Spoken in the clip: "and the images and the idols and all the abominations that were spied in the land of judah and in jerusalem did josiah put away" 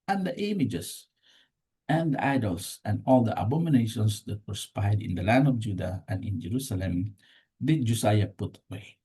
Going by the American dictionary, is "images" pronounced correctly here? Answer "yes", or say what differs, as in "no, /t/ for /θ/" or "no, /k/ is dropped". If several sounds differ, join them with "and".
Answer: no, /s/ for /z/